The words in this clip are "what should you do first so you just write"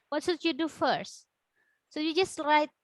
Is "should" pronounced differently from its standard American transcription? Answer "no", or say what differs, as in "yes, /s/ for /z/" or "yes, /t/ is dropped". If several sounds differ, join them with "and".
yes, /s/ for /ʃ/